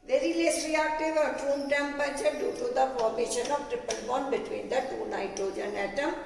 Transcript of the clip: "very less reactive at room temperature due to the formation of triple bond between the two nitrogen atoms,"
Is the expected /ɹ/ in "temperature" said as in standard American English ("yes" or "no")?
no